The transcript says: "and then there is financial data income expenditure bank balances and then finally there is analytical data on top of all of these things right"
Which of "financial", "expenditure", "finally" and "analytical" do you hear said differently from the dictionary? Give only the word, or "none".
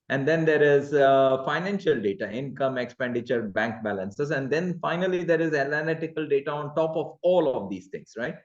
analytical